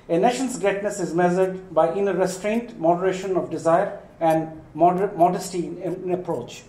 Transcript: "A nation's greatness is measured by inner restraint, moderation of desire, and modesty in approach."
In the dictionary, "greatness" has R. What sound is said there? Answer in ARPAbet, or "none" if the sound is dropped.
none